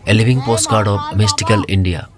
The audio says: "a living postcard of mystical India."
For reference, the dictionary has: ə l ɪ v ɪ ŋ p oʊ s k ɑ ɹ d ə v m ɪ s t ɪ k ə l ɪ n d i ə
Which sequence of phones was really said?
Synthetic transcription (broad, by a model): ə l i b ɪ ŋ p oʊ s k ɑ ɹ d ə b m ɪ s t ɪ k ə l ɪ n d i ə